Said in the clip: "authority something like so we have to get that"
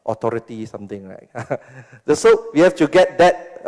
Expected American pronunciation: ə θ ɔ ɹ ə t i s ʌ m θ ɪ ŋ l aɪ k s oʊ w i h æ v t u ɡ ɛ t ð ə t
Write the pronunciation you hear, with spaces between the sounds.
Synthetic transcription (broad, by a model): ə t ɔ ɹ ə t i s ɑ m t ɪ ŋ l aɪ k s oʊ w i h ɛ f t u ɡ ɛ t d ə t